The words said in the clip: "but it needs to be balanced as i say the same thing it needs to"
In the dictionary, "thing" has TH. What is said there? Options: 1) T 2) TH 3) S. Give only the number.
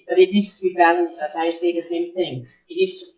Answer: 2